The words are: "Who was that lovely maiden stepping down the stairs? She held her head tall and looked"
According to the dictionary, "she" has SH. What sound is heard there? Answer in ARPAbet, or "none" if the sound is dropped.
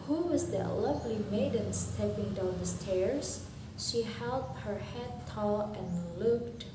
SH